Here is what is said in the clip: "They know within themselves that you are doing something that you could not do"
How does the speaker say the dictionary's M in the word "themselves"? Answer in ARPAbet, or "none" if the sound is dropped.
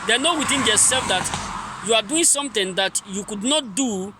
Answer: none